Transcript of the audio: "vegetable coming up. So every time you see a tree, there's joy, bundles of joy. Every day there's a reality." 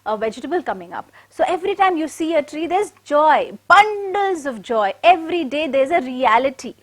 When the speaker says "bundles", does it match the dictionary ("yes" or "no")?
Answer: yes